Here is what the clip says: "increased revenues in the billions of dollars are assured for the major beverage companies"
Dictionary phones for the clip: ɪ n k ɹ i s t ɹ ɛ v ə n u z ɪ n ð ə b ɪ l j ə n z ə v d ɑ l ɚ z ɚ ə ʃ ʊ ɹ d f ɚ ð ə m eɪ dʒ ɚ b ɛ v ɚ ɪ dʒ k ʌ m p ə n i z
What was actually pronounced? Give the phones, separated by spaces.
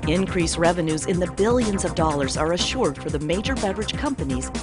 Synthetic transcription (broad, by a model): ɪ n k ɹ i s ɹ ɛ v ə n u z ɪ n ð ə b ɪ l j ə n z ə v d ɑ l ɚ z ɚ ə ʃ ʊ ɹ d f ɚ ð ə m eɪ dʒ ɚ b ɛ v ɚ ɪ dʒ k ʌ m p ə n i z